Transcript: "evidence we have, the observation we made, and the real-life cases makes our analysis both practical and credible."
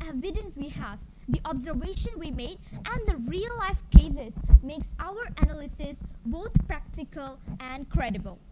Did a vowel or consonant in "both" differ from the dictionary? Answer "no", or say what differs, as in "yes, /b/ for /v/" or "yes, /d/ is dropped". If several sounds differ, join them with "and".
yes, /t/ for /θ/